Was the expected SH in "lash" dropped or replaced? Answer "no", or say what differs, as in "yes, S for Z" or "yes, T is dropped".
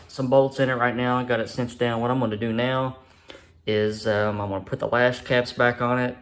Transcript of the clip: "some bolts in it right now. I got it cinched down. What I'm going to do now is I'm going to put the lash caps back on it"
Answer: yes, S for SH